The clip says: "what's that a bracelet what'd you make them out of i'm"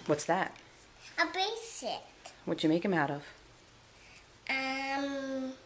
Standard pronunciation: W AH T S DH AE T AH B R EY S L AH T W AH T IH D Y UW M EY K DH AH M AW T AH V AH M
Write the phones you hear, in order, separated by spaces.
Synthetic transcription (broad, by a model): W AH T S DH AE T AH B EY S AH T W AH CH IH M EY K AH M AW T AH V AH M